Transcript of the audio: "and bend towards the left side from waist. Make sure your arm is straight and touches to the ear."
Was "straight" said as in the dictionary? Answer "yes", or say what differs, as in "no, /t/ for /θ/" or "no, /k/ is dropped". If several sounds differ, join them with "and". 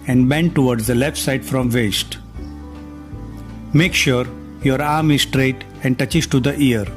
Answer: yes